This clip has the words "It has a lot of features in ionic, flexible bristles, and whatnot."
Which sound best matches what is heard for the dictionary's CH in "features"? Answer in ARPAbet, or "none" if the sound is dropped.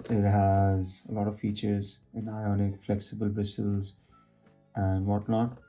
CH